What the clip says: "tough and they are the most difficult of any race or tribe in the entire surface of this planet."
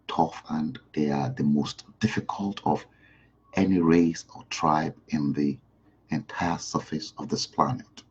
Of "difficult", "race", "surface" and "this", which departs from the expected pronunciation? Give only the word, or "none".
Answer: none